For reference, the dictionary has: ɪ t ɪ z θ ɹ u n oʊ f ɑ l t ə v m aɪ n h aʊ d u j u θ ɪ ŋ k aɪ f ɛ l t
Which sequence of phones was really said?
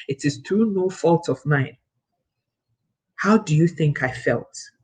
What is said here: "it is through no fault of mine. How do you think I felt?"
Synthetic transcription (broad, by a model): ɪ t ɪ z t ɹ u n oʊ f ɑ l t ə v m aɪ n h aʊ d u j u θ ɪ ŋ k aɪ f ɛ l t